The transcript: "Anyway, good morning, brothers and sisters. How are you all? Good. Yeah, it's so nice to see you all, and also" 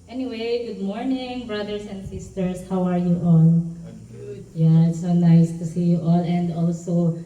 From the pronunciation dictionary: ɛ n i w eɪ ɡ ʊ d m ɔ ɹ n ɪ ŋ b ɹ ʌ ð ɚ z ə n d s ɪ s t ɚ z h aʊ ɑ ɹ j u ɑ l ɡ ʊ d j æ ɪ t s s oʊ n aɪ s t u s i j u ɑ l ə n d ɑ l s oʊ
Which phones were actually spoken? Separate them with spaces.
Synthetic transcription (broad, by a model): ɛ n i w eɪ ɡ ʊ d m ɔ ɹ n ɪ ŋ b ɹ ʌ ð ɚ s ə n d s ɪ s t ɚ s h aʊ ɑ ɹ j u ɑ l j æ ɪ t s s oʊ n aɪ s t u s i j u ɑ l ə n d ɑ l s oʊ